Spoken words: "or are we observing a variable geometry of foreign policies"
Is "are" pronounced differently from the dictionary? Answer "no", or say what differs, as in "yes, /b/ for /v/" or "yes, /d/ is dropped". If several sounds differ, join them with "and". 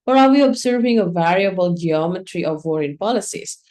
yes, /l/ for /ɹ/